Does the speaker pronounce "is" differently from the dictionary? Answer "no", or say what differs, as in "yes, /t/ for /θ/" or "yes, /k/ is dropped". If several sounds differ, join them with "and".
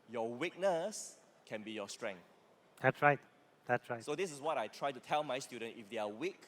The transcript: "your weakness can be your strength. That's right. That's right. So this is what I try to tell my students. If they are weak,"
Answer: yes, /s/ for /z/